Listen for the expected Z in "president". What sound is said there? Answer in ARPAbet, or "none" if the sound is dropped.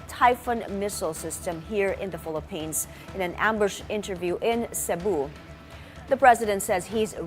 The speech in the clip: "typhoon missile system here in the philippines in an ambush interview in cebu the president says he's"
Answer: Z